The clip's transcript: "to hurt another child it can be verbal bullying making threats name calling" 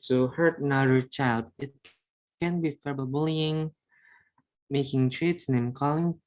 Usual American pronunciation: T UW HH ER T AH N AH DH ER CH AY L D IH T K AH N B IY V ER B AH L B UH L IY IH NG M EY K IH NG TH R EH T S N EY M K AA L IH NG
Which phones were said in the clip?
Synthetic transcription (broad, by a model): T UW HH ER T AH N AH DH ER CH AY L D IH T K AH N B IY F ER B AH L B UH L IY IH NG M EY K IH NG T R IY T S N EY M K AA L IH NG